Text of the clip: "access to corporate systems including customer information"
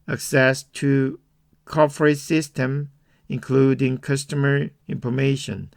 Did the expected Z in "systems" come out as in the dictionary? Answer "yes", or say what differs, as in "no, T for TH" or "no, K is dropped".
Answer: no, Z is dropped